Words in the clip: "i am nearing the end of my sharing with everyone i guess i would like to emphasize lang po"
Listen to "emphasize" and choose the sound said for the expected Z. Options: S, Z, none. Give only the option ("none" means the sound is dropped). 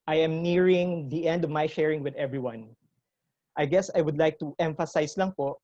S